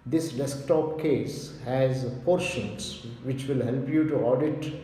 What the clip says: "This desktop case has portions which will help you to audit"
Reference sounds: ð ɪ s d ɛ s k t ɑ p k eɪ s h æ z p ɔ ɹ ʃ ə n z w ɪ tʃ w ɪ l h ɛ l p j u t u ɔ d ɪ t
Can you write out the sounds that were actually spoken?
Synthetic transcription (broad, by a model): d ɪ s d ɛ s k t ɑ p k eɪ s h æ z p ɔ ɹ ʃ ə n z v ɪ tʃ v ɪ l h ɛ l p j u t u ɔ d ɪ t